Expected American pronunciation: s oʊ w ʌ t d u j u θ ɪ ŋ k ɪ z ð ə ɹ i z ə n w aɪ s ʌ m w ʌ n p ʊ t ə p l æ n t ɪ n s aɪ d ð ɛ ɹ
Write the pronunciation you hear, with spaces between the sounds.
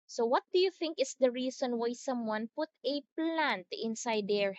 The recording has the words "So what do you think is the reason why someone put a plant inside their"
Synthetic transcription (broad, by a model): s oʊ w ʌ t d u j u θ ɪ ŋ k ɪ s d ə ɹ i s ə n w aɪ s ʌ m w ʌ n p ʊ t ə p l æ n t ɪ n s aɪ d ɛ ɹ